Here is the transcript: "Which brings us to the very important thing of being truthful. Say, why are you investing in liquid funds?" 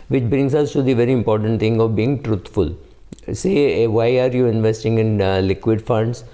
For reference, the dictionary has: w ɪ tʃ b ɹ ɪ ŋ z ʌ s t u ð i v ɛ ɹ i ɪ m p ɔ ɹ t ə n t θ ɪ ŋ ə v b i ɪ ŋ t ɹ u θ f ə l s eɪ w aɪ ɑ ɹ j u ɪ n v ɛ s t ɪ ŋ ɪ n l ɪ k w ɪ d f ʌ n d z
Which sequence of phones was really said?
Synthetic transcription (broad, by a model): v ɪ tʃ b ɹ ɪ ŋ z ʌ s t u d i v ɛ ɹ i ɪ m p ɔ ɹ t ə n t t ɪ ŋ ə v b i ɪ ŋ t ɹ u t f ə l s eɪ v aɪ ɑ ɹ j u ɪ n v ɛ s t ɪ ŋ ɪ n l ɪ k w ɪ d f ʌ n d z